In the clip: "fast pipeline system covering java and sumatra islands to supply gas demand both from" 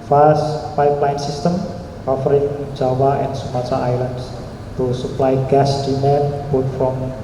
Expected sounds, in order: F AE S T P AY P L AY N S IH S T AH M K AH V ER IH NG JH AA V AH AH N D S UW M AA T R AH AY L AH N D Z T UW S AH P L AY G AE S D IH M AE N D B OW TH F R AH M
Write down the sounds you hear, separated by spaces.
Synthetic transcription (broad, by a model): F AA S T P AY P L AY N S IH S T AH M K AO F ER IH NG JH AA W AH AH N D S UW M AA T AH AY L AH N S T UW S AH P L AY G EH S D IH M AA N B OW T F R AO M